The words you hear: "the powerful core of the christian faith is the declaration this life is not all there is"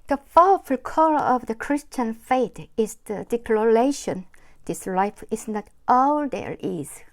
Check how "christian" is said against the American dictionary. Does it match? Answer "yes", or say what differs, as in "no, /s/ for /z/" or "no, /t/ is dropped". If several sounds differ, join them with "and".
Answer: yes